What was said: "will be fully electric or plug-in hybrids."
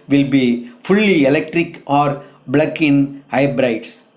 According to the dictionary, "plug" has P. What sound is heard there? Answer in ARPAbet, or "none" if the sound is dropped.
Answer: B